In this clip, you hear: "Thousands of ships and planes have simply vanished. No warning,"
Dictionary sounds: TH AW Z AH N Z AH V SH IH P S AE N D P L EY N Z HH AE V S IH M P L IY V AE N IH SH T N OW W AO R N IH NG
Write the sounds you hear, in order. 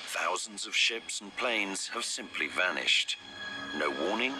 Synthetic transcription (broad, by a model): TH AW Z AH N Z AH V SH IH P S N P L EY N Z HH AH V S IH M P L IY V AE N IH SH T N OW W AO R N IH NG